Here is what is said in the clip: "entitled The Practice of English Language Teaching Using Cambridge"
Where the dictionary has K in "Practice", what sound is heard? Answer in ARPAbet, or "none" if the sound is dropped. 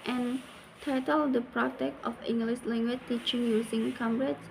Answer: none